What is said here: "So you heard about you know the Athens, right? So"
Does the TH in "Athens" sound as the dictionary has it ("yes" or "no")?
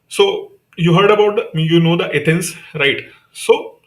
no